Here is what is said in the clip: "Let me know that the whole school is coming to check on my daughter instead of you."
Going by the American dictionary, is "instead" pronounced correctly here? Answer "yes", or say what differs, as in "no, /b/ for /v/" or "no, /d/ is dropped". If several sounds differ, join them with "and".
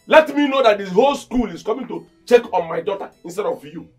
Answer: yes